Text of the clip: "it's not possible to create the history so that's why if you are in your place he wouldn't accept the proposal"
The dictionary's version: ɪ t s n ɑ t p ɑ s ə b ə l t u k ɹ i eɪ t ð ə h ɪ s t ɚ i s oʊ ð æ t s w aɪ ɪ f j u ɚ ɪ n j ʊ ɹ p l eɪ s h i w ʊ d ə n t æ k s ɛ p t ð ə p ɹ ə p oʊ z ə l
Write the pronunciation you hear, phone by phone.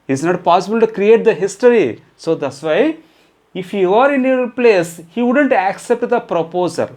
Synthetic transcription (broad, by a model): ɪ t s n ɑ t p ɑ s ə b ə l t u k ɹ i eɪ t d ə h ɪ s t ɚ i s oʊ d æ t s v aɪ ɪ f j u ɚ ɪ n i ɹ p l eɪ s h i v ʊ d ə n t æ k s ɛ p t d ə p ɹ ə p oʊ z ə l